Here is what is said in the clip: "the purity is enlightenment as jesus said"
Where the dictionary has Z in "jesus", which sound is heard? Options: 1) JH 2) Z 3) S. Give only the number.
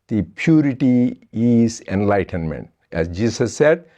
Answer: 3